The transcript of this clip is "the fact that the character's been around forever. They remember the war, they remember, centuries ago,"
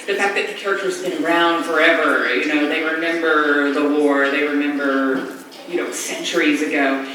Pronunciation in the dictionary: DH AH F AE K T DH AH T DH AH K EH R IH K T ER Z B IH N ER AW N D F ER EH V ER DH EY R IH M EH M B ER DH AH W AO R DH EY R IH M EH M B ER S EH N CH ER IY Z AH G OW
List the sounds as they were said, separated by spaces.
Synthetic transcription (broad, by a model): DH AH F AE K DH AH T DH AH K EH R IH K T ER Z B IH N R AW N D F ER EH V ER DH EY R IH M EH M B ER DH AH W AO R DH EY R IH M EH M B ER S EH N CH ER IY Z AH G OW